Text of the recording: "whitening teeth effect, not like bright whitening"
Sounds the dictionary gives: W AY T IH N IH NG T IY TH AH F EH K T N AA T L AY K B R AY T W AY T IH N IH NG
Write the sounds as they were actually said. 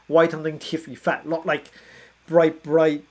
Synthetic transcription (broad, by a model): W AY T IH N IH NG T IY F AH F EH T L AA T L AY K B R AY T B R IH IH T